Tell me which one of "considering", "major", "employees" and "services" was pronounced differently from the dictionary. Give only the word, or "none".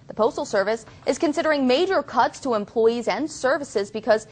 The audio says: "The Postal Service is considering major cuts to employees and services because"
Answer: none